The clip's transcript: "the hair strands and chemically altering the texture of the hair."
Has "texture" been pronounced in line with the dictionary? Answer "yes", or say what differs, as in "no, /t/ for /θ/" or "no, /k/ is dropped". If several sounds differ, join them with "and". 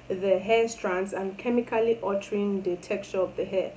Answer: no, /s/ is dropped